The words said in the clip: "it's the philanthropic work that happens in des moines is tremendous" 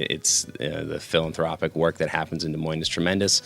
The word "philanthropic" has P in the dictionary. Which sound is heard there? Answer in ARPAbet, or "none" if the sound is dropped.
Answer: P